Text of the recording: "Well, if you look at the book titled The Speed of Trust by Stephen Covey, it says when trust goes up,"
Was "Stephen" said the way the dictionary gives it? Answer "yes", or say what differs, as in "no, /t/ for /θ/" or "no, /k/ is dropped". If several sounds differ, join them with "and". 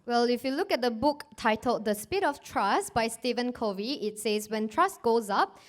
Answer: yes